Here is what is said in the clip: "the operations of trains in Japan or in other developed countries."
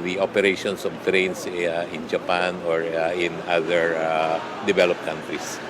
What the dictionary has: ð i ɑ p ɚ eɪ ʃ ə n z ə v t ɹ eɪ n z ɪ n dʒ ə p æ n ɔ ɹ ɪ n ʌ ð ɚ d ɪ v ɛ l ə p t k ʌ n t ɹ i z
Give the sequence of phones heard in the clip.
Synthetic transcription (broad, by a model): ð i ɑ p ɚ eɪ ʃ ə n s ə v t ɹ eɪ n s ɪ n dʒ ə p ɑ n ɔ ɹ ɪ n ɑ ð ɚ d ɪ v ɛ l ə p k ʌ n t ɹ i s